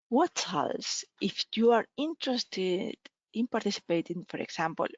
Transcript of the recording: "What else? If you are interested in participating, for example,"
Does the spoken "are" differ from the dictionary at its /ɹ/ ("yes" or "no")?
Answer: no